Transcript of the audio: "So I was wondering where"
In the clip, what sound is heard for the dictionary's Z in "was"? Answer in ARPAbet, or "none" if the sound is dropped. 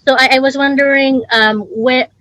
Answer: Z